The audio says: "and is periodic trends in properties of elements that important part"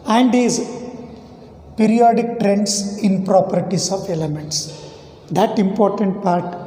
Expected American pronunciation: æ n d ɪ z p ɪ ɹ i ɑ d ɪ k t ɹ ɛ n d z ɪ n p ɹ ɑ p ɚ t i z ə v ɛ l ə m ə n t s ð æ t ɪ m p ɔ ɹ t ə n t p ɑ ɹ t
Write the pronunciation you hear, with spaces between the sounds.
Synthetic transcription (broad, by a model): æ n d ɪ z p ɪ ɹ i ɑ d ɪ k t ɹ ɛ n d s ɪ n p ɹ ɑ p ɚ t i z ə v ɛ l ə m ə n t s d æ t ɪ m p ɔ ɹ t ə n t p ɑ ɹ t